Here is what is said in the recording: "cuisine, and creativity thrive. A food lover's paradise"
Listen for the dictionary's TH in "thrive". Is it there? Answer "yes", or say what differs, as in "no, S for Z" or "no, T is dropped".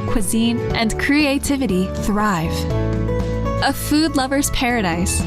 yes